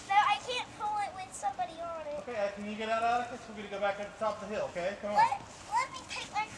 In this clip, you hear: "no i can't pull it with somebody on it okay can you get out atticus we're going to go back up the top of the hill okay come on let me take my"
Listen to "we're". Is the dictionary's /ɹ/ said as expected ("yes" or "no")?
no